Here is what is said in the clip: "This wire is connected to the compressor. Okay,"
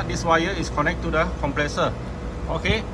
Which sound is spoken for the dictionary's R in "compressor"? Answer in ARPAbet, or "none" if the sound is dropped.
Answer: L